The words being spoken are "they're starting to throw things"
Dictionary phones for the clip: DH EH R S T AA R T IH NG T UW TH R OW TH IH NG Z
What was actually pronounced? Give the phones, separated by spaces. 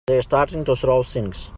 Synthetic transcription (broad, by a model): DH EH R S T AA R T IH NG T UW S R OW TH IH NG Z